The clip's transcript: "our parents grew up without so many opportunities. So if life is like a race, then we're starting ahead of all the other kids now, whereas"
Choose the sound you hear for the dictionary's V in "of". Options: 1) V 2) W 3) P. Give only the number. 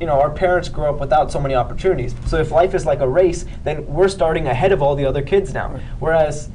1